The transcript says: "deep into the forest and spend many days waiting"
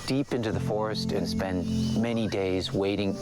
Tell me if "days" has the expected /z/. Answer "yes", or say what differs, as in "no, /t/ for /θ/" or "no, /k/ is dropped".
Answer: yes